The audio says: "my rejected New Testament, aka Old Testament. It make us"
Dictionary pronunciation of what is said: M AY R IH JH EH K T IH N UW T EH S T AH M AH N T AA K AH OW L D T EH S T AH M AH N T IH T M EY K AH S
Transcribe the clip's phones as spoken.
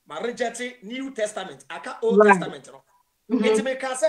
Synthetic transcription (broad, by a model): M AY R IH JH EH T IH N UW T EH S T AH M AH N T AA K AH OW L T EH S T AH M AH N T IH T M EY K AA S